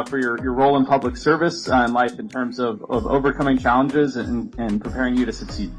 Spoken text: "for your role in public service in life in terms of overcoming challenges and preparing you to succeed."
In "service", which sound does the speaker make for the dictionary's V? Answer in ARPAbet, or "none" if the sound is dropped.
V